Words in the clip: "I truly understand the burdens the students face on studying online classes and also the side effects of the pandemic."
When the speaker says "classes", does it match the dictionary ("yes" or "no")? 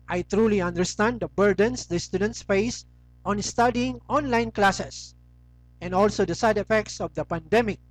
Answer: no